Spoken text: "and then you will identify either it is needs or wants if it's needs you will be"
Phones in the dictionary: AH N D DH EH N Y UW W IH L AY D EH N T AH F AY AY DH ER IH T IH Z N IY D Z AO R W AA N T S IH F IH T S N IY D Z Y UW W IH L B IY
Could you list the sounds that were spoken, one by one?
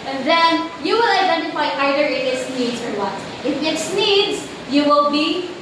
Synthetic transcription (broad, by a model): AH N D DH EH N Y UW W IH L AY D EH N T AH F AY AY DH ER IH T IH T N IY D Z AO R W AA T IH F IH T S N IY D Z Y UW W IH L B IY